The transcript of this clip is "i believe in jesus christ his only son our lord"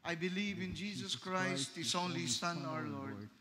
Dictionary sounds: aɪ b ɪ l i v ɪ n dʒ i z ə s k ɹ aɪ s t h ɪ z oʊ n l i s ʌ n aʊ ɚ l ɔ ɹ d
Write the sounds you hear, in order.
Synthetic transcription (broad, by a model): aɪ b ɪ l i v ɪ n dʒ i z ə s k ɹ aɪ s t h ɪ s oʊ n l i s ʌ n aʊ ɚ l ɔ ɹ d